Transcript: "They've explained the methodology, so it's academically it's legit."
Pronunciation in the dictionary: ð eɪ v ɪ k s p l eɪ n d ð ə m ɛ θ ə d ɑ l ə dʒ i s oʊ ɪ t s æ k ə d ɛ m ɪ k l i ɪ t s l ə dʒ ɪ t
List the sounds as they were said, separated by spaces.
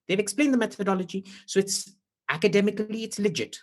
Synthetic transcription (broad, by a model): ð eɪ v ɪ k s p l eɪ n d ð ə m ɛ θ ə d ɑ l ə dʒ i s oʊ ɪ t s æ k ə d ɛ m ɪ k l i ɪ t s l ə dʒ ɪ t